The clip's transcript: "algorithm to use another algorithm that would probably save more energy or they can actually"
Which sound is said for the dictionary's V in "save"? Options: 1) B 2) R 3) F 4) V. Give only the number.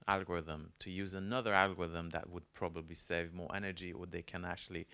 4